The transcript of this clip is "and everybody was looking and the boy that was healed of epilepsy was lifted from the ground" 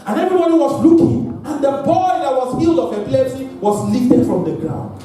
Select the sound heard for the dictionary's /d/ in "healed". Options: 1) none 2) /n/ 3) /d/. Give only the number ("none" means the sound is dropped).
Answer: 3